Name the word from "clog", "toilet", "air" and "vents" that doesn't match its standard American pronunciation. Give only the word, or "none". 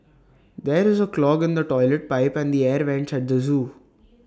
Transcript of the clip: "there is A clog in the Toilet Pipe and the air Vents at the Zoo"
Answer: none